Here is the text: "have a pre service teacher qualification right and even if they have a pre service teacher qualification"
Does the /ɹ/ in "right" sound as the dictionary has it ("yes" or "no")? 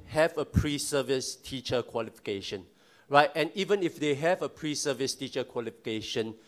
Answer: yes